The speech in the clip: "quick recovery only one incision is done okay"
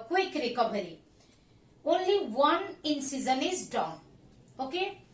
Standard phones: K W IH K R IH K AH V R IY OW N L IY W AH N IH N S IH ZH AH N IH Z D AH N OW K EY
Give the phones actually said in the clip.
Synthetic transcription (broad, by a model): K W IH K R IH K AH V R IY OW N L IY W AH N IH N S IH Z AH N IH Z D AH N OW K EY